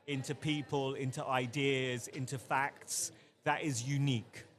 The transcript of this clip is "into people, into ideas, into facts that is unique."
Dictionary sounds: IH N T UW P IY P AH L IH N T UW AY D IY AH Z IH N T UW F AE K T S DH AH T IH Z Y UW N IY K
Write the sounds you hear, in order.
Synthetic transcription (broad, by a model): IH N T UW P IY P AH L IH N T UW AY D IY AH Z IH N T UW F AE K T S DH AH T IH Z Y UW N IY K